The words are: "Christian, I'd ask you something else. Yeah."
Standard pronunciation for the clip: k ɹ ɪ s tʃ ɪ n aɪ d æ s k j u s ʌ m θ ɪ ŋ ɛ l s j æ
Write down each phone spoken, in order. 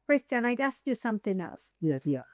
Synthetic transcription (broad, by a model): k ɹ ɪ s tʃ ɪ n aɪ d æ s k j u s ʌ m θ ɪ ŋ ɛ l s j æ